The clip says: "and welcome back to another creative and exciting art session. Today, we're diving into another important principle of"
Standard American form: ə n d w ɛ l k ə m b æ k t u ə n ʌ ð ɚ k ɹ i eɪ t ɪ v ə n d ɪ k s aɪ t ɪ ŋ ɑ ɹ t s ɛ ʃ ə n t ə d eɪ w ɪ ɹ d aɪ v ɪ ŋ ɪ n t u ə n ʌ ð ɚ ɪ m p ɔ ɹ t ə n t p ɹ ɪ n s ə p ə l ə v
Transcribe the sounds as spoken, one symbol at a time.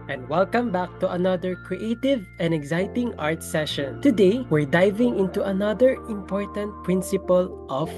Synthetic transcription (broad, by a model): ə n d w ɛ l k ə m b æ k t u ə n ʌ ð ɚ k ɹ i eɪ t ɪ v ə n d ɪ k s aɪ t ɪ ŋ ɑ ɹ t s ɛ ʃ ə n t ə d eɪ w ɪ ɹ d aɪ v ɪ ŋ ɪ n t u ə n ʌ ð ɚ ɪ m p ɔ ɹ t ə n t p ɹ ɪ n s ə p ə l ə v